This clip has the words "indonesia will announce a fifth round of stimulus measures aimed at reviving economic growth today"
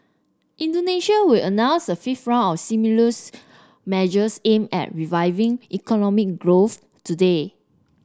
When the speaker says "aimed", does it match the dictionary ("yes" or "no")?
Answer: no